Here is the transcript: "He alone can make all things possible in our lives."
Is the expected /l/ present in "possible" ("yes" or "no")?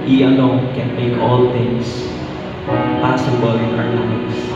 no